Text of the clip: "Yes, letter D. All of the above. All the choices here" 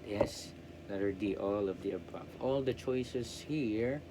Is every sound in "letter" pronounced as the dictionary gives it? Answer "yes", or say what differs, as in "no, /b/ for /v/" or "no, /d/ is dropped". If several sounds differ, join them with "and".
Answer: no, /n/ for /l/